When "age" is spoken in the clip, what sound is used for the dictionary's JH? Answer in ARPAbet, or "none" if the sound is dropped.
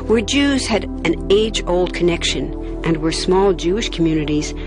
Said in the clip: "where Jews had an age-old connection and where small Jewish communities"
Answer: JH